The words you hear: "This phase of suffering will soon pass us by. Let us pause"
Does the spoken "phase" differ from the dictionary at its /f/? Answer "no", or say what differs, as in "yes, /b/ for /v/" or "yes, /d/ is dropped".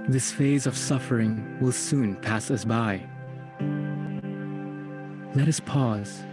no